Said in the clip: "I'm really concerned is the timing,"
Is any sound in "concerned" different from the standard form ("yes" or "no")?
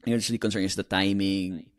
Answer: yes